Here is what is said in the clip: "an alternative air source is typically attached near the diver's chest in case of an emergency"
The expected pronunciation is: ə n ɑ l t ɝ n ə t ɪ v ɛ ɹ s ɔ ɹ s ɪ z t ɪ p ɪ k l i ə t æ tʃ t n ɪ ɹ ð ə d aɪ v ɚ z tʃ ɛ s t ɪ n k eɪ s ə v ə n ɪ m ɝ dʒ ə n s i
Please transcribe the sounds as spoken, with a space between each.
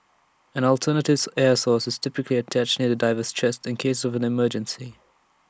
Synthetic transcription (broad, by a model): ə n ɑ l t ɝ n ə t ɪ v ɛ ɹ s ɔ s ɪ z t ɪ p ɪ k l i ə t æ tʃ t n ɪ ð ə d aɪ v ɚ s tʃ ɛ s t ɪ n k eɪ s ə v ə n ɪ m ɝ dʒ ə n s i